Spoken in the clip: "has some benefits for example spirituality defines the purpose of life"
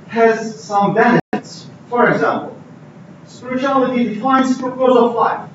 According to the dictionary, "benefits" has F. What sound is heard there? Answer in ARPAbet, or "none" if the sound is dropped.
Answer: none